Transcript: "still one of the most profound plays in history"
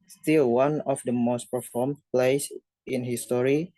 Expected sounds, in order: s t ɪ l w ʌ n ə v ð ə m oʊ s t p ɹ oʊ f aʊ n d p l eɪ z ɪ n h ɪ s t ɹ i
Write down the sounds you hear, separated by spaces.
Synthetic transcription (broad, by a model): s t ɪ l w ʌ n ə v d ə m oʊ s t p oʊ f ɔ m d p l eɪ s ɪ n h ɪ s t ɹ i